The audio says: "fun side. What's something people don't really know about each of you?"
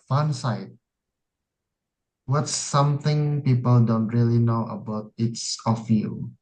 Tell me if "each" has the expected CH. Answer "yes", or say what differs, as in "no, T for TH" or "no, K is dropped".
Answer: no, S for CH